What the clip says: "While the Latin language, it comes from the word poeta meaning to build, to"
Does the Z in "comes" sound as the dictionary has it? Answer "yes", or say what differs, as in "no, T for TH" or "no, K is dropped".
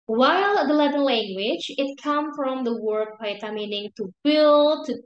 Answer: no, Z is dropped